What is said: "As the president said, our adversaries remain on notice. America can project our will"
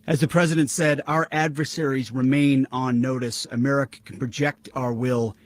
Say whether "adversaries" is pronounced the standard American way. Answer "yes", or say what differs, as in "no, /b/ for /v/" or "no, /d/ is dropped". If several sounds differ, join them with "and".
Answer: yes